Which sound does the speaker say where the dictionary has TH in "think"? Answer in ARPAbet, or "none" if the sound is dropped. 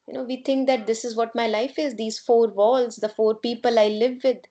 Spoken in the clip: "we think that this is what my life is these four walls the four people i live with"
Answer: T